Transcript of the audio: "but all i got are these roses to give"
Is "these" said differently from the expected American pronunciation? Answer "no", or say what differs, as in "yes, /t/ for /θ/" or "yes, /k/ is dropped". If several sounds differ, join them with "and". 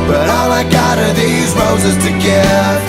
no